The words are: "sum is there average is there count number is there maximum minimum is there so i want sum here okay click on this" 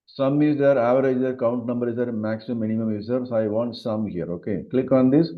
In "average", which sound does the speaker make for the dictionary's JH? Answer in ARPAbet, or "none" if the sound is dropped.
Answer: none